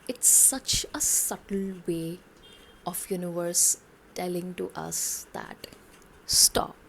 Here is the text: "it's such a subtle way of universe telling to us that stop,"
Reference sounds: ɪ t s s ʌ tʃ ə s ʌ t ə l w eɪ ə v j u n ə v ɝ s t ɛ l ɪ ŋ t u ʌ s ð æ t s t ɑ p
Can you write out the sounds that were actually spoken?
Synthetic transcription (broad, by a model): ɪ t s s ʌ tʃ ə s ʌ t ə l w eɪ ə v j u n ə v ɝ s t ɛ l ɪ ŋ t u ʌ s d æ t s t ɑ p